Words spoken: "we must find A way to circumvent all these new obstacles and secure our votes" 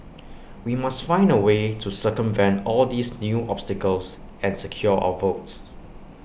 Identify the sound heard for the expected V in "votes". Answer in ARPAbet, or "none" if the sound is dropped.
V